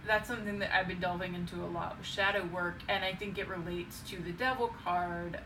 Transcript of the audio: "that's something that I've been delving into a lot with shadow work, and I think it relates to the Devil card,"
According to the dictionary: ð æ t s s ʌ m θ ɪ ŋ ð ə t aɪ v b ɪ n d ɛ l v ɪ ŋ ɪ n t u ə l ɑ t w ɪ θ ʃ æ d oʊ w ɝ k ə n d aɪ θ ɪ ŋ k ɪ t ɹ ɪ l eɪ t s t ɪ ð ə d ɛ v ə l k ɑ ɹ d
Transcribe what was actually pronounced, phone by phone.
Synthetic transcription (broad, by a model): ð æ t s s ʌ m θ ɪ ŋ ð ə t aɪ v b ɪ n d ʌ l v ɪ ŋ ɪ n t u ə l ɑ t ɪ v ʃ æ d oʊ w ɝ k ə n aɪ θ ɪ ŋ k ɪ t ɹ ɪ l eɪ t s t ɪ ð ə d ɛ v l k ɑ ɹ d